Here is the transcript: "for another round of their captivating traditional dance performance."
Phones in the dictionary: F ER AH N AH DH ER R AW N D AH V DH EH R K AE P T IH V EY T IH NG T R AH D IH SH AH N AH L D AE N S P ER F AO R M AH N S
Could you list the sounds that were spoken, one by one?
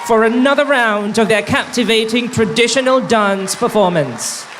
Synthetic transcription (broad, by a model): F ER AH N AH DH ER R AW N D AH V DH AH R K AE P T IH V EY T IH NG T R AH D IH SH AH N AH L D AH N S P ER F AO R M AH N S